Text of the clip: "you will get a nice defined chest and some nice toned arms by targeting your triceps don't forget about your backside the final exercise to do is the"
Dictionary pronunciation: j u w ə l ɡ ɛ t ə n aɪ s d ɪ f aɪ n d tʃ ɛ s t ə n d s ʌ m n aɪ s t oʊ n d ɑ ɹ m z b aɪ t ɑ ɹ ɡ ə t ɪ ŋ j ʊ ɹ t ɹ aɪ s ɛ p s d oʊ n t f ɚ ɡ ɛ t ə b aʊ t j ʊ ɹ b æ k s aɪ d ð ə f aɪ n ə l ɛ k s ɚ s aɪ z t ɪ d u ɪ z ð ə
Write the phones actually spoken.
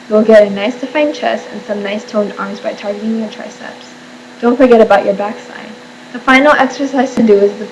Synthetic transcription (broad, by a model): j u w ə l ɡ ɛ t ə n aɪ s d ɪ f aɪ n tʃ ɛ s ə n s ʌ m n aɪ s t oʊ n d ɑ ɹ m z b aɪ t ɑ ɹ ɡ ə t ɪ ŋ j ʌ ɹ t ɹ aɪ s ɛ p s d oʊ n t f ɚ ɡ ɛ t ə b aʊ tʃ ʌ ɹ b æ k s aɪ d ð ə f aɪ n l ɛ k s ɚ s aɪ z t ɪ d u ɪ z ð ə